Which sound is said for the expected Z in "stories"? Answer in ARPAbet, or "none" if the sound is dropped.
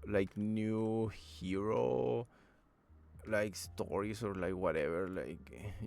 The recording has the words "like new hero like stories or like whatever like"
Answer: S